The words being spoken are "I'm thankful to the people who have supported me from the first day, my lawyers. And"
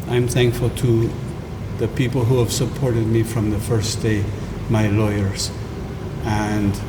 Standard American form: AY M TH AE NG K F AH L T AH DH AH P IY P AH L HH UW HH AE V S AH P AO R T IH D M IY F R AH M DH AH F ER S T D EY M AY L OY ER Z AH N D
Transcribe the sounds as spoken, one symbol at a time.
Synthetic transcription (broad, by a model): AY M TH AE NG K F AH L T AH DH AH P IY P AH L HH UW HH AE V S AH P AO R T IH D M IY F R AH M DH AH F ER S D EY M AY L OY ER Z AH N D